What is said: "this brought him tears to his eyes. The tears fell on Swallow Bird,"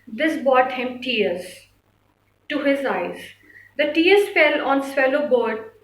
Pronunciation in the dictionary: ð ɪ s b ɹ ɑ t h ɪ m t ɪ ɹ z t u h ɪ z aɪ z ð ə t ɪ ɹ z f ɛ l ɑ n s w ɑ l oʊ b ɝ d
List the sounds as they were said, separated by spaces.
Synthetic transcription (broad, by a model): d ɪ s b ɑ t h ɪ m t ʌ ɹ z t u h ɪ z aɪ z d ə t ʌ ɹ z f ɛ l ɑ n s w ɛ l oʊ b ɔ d